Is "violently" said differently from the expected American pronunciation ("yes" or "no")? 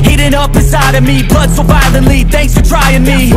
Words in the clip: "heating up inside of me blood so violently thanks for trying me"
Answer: yes